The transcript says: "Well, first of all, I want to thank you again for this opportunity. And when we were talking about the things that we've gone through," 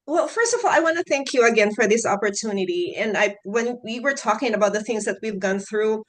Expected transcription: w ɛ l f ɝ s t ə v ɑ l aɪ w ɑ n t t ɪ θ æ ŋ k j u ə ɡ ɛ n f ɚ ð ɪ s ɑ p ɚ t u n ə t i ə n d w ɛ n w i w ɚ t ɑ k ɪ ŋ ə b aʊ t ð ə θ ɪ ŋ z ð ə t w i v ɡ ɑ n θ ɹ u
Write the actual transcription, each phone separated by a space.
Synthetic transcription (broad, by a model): w ɛ l f ɝ s t ə v ɑ l aɪ w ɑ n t t ɪ θ æ ŋ k j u ə ɡ ɛ n f ɚ ð ɪ s ɑ p ɚ t u n ə t i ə n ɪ w ɛ n w i w ɚ t ɑ k ɪ ŋ ə b aʊ t ð ə θ ɪ ŋ z ð ə t w i v ɡ ɑ n θ ɹ u